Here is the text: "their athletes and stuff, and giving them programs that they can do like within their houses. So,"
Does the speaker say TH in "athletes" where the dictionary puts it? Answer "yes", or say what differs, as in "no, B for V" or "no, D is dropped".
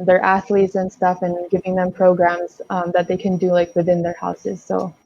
yes